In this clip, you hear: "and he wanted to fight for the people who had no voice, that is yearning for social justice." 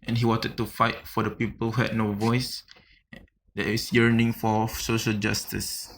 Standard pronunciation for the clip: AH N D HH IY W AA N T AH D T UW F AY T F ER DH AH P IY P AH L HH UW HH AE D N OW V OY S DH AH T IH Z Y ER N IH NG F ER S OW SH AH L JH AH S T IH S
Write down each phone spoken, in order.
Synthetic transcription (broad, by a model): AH N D HH IY W AA N T AH D T UW F AY T F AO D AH P IY P AH L HH UW HH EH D N OW V OY S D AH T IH S Y ER N IH NG F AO S OW SH AH L JH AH S T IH S